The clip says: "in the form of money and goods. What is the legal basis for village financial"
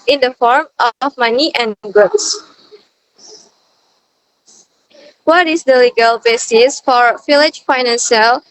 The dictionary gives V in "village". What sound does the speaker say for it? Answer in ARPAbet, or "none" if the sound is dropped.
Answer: F